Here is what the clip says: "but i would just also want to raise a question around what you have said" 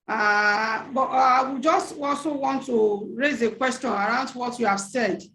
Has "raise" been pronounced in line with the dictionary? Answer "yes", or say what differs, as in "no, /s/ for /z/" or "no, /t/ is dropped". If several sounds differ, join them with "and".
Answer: yes